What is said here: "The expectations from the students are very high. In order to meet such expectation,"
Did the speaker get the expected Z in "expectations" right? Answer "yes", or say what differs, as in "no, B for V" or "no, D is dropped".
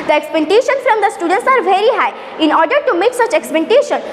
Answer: no, Z is dropped